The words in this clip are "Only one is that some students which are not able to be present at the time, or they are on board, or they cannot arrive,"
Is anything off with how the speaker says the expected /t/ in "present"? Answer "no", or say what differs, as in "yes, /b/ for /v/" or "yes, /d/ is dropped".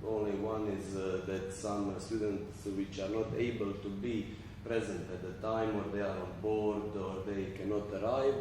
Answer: no